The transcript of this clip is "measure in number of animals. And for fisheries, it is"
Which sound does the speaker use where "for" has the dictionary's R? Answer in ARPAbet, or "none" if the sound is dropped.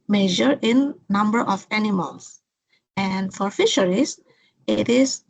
R